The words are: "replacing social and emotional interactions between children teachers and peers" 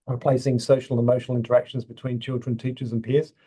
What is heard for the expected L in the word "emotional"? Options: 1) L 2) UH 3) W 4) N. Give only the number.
1